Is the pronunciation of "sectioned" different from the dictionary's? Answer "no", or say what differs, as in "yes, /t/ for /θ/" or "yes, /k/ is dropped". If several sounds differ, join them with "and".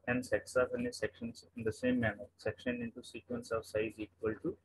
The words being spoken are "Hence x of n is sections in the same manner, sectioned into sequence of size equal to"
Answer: yes, /d/ is dropped